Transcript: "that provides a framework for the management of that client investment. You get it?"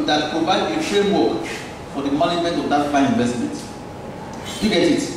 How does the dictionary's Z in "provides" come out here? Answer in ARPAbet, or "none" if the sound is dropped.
none